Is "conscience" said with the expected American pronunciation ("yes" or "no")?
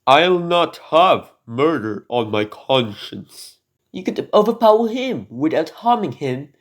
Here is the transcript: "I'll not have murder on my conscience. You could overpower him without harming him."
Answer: yes